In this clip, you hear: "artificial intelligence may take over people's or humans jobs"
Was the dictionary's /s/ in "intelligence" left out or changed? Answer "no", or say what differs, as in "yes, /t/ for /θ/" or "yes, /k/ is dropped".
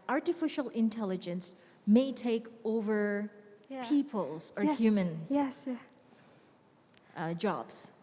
no